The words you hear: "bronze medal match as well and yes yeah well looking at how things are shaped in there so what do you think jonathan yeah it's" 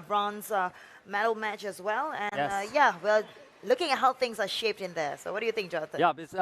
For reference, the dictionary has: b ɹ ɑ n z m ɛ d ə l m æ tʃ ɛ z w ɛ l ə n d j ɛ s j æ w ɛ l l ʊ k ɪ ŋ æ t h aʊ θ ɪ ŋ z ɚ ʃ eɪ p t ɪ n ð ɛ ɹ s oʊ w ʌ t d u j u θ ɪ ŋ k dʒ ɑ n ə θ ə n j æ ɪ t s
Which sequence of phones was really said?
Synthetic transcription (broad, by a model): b ɹ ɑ n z m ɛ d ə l m æ tʃ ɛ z w ɛ l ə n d j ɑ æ w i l l ʊ k ɪ ŋ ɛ t h aʊ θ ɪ ŋ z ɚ ʃ eɪ p t ɪ n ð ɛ s oʊ w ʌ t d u j u θ ɪ ŋ k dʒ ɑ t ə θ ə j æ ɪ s